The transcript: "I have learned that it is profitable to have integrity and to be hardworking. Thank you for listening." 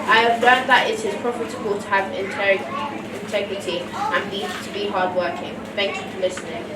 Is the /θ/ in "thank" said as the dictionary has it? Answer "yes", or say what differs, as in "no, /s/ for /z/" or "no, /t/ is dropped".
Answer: yes